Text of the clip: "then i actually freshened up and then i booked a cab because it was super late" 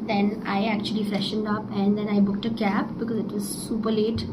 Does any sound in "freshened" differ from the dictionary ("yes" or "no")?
no